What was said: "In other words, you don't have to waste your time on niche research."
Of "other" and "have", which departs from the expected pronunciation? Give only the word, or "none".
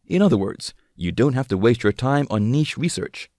have